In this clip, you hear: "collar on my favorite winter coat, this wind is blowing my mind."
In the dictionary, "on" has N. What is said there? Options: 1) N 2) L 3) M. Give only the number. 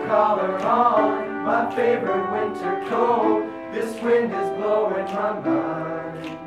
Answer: 2